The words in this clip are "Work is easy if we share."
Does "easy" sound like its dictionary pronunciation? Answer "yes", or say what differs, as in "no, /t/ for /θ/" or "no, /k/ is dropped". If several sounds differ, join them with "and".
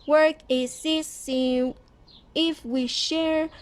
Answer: no, /s/ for /z/